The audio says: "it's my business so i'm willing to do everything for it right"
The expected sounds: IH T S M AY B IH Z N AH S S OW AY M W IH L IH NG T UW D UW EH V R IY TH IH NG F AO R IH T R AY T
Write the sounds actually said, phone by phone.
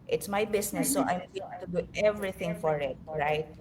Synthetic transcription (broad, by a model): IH T S M AY B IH S N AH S S OW AY M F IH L T UW D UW EH V R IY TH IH NG F AO R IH T R AY T